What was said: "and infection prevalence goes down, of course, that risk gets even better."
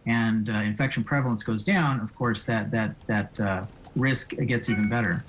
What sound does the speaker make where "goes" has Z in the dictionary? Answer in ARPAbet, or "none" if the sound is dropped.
Z